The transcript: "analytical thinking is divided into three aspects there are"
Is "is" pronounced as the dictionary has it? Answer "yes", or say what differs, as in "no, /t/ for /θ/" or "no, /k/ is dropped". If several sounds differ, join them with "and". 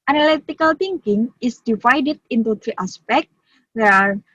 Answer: no, /s/ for /z/